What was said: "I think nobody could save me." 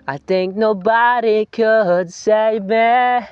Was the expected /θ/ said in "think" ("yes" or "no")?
yes